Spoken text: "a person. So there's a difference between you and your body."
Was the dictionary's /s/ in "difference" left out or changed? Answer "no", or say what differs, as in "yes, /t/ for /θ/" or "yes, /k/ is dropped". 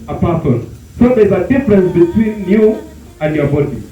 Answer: no